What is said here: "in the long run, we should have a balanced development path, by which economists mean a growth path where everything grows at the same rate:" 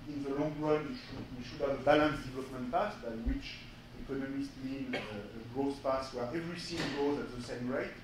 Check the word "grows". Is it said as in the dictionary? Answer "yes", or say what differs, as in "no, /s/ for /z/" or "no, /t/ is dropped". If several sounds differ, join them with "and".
no, /ɹ/ is dropped